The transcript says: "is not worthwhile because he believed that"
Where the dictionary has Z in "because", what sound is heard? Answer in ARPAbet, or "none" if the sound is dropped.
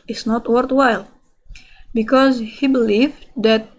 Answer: Z